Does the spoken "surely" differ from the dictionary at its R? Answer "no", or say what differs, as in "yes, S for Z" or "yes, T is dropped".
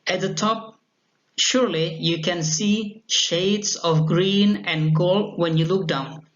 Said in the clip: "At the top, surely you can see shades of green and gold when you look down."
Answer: no